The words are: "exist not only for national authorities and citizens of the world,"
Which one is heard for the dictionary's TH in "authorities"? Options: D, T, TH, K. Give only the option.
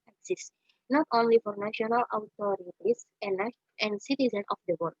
T